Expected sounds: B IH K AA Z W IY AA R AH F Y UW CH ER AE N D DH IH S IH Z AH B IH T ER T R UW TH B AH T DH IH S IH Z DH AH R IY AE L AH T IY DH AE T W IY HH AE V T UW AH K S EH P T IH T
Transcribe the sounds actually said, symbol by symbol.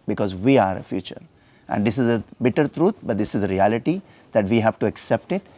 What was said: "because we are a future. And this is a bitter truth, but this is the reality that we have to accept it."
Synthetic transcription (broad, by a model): B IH K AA Z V IY AA R AH F Y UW CH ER AE N D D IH S IH Z AH B IH T ER T R UW T B AH T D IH S IH Z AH R IY AE L AH T IY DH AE T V IY HH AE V T UW AH K S EH P T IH T